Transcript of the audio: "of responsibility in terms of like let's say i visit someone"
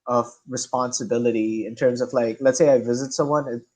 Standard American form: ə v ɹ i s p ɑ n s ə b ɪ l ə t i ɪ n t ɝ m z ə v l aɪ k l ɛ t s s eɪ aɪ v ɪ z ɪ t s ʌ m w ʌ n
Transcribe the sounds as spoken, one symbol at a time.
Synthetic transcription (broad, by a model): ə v ɹ i s p ɑ n s ə b ɪ l ə t i ɪ n t ɝ m z ə v l aɪ k l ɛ t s s eɪ aɪ v ɪ z ɪ t s ʌ m w ʌ n